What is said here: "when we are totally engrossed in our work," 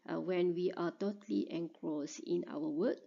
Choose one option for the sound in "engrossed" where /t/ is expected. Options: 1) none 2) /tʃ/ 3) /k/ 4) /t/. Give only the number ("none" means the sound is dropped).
1